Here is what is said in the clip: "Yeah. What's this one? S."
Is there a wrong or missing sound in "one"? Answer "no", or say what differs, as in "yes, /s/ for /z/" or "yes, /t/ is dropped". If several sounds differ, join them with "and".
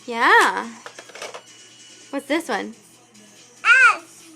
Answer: no